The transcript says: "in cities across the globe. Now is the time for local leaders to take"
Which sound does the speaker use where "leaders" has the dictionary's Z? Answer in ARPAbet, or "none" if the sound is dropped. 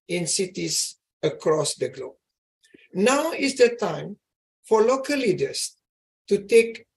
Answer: S